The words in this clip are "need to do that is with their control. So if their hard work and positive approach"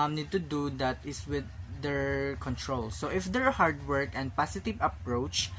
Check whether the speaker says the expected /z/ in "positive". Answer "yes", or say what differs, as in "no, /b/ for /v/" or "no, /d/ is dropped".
no, /s/ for /z/